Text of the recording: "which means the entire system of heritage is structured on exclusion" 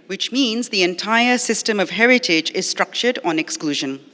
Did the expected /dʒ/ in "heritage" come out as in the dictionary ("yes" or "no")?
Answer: yes